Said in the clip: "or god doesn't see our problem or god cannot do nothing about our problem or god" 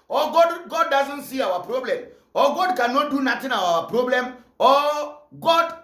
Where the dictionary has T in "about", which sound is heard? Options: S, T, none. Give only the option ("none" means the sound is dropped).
none